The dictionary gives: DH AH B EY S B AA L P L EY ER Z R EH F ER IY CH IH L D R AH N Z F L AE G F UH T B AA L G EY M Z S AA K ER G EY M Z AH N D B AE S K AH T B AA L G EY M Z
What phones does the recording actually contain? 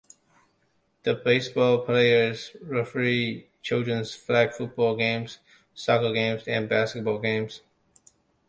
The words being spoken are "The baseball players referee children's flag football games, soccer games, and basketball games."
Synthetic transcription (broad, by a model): DH AH B EY S B AA L P L EY ER Z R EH F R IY CH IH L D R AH N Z F L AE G F UH T B AA L G EY M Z S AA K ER G EY M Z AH N B AE S K AH T B AA L G EY M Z